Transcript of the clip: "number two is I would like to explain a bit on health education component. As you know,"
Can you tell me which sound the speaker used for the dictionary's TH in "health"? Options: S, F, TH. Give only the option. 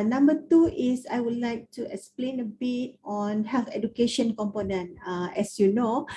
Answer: F